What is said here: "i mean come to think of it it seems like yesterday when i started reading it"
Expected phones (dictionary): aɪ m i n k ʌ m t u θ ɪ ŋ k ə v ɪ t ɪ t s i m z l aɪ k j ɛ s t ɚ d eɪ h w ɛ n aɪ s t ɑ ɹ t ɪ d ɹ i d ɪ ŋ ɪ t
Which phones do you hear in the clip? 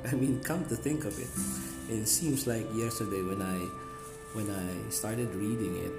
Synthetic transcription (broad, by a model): aɪ m i n k ʌ m t u θ ɪ ŋ k ə v ɪ t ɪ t s i m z l aɪ k j ɛ s t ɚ d eɪ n w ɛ n aɪ s t ɑ ɹ t ɪ d ɹ i d ɪ ŋ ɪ t